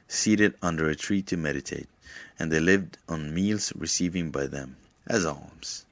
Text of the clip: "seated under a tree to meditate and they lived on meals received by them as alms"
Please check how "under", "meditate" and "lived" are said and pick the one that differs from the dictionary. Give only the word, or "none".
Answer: none